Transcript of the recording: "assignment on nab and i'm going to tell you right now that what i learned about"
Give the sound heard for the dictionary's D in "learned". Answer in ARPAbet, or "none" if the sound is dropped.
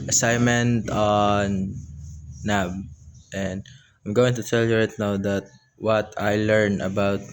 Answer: none